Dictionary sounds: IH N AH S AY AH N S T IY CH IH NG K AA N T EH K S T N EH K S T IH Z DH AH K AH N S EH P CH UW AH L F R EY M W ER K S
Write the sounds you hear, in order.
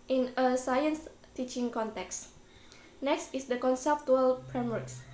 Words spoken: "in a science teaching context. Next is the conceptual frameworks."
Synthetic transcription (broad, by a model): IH N AH S AY AH N S T IY CH IH NG K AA N T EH K S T N EH K S T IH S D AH K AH N S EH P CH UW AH L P R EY M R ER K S